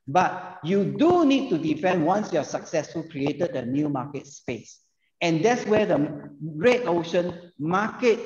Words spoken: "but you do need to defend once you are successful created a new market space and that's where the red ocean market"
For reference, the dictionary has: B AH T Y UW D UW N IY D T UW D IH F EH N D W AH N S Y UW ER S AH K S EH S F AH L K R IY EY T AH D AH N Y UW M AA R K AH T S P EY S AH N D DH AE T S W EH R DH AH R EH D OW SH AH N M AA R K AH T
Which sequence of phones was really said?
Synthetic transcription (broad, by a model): B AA T Y UW D UW N IY D T UW D IH F EH N D W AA N S Y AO S AH K S EH S F AH L K R IY EY T AH D AH N Y UW M AA K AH T S P EY S AH N D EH T S W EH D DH AH R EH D OW SH AH N M AA K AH T